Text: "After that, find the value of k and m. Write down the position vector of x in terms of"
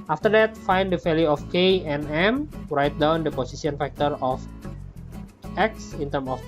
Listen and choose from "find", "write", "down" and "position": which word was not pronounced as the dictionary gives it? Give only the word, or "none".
position